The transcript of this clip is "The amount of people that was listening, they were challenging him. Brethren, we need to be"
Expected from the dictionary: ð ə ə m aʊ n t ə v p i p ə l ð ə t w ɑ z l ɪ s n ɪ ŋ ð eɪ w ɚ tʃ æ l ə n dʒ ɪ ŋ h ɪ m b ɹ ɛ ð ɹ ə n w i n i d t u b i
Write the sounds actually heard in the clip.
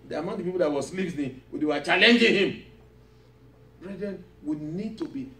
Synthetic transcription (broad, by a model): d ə m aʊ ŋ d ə p i p ə l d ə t w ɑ s l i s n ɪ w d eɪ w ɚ tʃ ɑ l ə n dʒ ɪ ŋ h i m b ɹ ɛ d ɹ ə n w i n i d t u b i